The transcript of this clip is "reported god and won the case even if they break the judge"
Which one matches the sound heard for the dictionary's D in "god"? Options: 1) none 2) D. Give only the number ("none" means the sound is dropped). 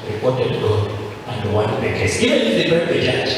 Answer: 1